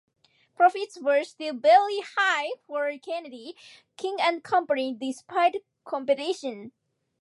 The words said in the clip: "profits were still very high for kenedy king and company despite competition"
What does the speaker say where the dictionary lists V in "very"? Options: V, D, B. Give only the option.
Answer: B